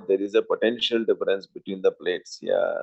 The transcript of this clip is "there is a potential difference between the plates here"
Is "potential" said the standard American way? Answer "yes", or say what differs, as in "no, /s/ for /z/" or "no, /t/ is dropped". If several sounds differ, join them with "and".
yes